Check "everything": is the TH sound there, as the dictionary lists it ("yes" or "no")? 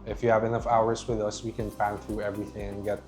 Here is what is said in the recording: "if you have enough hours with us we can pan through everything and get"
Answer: yes